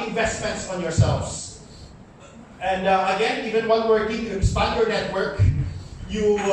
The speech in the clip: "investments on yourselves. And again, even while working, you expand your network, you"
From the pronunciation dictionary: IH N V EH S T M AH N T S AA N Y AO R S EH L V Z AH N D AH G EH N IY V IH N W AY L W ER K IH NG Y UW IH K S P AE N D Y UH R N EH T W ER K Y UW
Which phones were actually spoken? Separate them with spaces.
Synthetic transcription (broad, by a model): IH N V EH S T M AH N T S AA N Y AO R S EH L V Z AH N D AH G EH N IY V IH N W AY N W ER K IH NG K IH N S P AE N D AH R N EH T W ER K Y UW